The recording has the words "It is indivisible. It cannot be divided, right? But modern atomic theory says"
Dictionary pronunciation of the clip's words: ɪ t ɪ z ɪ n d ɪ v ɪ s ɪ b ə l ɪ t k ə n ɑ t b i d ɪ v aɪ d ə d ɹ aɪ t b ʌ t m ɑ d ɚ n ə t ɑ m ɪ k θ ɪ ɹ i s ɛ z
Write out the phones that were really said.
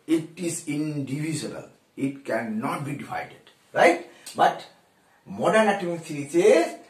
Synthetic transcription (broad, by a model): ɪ t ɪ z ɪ n d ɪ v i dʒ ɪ ə l ɪ t k ə n ɑ t b i d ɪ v aɪ d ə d ɹ aɪ t b ʌ t m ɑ d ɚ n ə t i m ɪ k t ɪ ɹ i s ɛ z